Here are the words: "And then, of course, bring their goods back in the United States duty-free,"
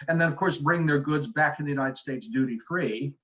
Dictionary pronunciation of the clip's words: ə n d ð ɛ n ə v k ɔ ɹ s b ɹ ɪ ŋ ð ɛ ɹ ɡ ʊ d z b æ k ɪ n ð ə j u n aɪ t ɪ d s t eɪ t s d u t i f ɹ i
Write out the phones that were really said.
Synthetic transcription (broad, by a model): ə n ð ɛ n ə v k ɔ ɹ s b ɹ ɪ ŋ ð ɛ ɹ ɡ ʊ d z b æ k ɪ n ð ə j u n aɪ t ɪ d s t eɪ t s d u t i f ɹ i